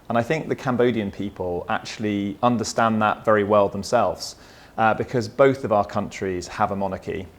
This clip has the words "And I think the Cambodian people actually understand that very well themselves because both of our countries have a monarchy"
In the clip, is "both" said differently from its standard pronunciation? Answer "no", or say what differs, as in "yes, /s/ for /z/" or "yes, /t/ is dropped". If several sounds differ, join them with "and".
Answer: no